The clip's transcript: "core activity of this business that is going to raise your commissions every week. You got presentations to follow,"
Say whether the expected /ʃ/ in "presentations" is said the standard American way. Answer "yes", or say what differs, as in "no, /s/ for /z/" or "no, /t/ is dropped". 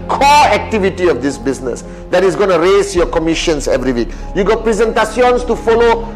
no, /s/ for /ʃ/